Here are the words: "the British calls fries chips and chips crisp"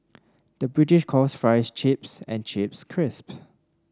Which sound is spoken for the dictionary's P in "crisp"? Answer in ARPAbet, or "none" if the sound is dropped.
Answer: P